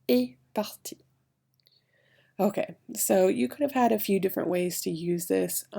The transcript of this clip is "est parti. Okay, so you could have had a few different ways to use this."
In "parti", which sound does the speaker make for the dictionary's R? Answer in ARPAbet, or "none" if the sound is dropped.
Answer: L